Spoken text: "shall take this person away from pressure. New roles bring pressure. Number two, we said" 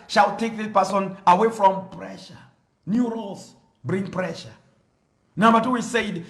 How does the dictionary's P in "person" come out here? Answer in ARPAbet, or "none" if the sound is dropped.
P